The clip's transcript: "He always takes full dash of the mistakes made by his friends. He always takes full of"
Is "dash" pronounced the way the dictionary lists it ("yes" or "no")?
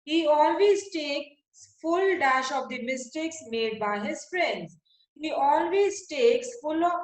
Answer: yes